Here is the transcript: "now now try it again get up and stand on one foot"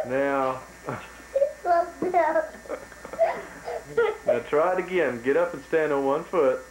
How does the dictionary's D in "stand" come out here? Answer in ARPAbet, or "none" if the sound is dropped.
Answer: D